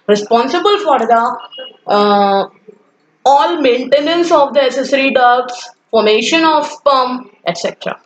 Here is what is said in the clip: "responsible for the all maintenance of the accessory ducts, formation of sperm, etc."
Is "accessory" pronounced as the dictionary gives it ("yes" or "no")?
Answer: no